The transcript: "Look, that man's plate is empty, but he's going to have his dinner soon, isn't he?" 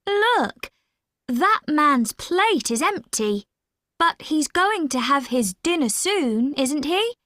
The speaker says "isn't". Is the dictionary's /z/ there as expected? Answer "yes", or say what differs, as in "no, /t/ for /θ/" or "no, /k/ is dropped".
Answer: yes